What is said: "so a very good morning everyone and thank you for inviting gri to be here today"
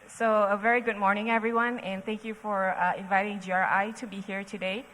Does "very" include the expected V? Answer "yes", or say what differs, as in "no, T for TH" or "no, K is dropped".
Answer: yes